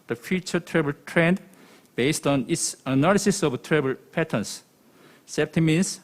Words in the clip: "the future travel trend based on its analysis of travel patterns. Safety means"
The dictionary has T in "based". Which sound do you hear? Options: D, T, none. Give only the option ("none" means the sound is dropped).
T